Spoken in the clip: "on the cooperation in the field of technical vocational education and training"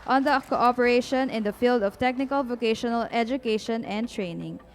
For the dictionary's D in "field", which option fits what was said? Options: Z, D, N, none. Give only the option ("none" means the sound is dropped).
D